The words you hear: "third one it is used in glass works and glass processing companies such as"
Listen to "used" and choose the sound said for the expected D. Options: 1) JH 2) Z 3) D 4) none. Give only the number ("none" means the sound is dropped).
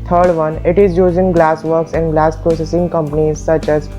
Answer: 4